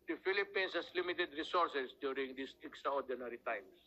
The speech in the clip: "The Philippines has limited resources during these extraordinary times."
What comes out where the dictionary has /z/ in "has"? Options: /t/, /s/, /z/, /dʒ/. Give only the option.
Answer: /s/